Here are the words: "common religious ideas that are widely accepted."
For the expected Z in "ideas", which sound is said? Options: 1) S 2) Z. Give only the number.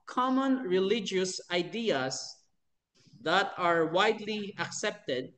1